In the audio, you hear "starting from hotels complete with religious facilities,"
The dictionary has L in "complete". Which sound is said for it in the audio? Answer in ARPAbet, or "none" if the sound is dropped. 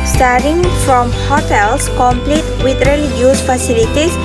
L